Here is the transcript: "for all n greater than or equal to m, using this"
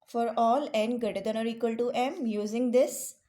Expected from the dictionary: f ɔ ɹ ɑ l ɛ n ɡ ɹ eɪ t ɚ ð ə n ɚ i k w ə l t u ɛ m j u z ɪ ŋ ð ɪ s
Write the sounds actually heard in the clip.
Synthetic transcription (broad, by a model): f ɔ ɹ ɑ l ɛ n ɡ eɪ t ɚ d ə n ɚ i k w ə l t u ɛ m j u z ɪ ŋ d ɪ s